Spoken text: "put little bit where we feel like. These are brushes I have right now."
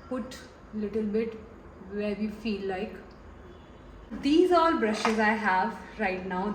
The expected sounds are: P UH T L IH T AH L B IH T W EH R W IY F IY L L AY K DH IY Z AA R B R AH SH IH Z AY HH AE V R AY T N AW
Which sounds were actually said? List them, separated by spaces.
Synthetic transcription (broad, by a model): P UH T L IH T AH L B IH T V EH R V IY F IY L L AY K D IY Z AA L B R AH SH IH Z AY HH AE V R AY T N AW